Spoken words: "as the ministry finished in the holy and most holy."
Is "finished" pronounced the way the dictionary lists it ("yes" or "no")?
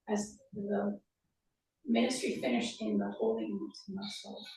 yes